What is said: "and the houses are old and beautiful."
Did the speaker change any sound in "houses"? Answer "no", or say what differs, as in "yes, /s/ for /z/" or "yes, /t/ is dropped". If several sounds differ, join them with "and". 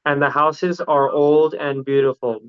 no